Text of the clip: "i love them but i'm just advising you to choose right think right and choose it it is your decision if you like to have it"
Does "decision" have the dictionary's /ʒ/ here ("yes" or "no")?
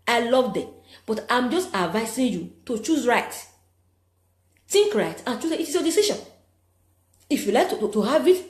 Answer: no